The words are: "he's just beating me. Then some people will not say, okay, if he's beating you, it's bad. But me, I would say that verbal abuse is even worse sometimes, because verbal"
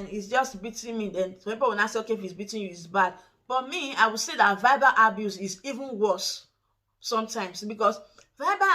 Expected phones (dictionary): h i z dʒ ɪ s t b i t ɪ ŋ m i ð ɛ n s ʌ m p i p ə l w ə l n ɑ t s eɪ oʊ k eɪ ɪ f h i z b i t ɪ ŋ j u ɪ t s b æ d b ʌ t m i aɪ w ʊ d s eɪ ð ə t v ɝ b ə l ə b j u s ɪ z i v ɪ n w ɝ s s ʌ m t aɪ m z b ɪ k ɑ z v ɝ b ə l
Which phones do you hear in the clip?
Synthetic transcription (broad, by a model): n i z dʒ ɪ s t b i t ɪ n m i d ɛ n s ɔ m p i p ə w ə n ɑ s eɪ oʊ k eɪ ɪ f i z b i t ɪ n j u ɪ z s b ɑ d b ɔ t m i aɪ w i s eɪ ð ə t v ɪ b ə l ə b j u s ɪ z i v ɪ n w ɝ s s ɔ m t aɪ m s b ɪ k ɑ s v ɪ b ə